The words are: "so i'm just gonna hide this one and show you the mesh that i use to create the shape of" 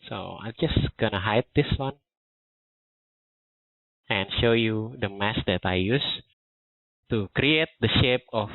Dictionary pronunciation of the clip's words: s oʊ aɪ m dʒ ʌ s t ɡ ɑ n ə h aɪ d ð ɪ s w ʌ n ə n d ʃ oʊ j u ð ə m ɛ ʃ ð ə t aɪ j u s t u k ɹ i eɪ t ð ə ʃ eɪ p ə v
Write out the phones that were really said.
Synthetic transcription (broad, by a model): s oʊ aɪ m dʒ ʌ s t ɡ ɑ n ə h aɪ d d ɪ s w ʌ n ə n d ʃ oʊ j u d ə m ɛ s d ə t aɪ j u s t u k ɹ i eɪ t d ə ʃ eɪ p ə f